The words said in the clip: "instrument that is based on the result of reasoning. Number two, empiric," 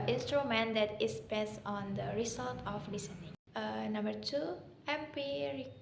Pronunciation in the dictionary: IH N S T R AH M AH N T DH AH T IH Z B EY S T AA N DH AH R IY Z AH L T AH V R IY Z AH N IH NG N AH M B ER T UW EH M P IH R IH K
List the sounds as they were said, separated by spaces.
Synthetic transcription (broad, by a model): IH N S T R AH M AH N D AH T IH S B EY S AA N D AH R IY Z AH L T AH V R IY S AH N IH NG N AH M B ER T UW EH M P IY R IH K